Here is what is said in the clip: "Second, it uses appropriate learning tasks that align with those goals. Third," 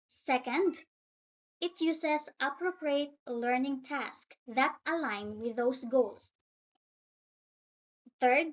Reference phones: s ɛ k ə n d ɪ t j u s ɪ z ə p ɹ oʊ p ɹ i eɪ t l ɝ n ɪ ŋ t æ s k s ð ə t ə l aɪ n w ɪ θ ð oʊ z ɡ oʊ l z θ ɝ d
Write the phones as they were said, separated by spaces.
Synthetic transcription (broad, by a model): s ɛ k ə n d ɪ t j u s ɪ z ə p ɹ oʊ p ɹ i eɪ t l ɝ n ɪ ŋ t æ s k ð ə t ə l aɪ n w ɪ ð oʊ s ɡ oʊ l s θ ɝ d